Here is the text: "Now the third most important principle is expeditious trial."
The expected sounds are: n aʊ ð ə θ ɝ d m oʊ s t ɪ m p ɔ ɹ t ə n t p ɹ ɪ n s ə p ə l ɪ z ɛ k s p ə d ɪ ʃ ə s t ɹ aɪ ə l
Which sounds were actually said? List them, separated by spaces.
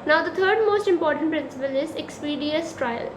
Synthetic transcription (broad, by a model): n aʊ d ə t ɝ d m oʊ s t ɪ m p ɔ ɹ t ə n t p ɹ ɪ n s ə p ə l ɪ z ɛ k s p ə d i ə s t ɹ aɪ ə l